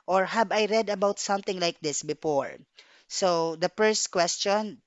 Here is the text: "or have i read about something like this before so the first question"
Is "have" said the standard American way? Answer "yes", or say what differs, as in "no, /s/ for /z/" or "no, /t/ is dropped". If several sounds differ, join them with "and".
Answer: no, /b/ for /v/